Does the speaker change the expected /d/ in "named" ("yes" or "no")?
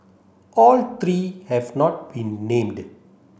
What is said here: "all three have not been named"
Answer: no